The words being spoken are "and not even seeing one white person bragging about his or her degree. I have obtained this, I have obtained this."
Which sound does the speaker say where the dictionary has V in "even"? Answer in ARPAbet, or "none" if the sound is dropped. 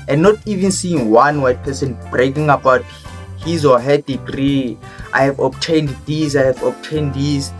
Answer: V